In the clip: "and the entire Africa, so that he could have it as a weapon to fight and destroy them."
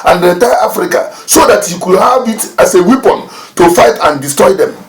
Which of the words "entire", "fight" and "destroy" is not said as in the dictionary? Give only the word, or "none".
entire